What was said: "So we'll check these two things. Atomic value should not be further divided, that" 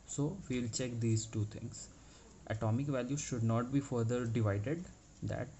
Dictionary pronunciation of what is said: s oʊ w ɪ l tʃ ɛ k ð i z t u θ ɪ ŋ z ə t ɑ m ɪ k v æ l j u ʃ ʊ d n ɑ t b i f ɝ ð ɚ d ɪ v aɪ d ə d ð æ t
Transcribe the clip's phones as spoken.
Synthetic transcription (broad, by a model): s oʊ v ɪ l tʃ ɛ k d i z t u t ɪ ŋ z ə t ɑ m ɪ k v æ l j u ʃ ʊ d n ɑ t b i f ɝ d ɚ d ɪ v aɪ d ə d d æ t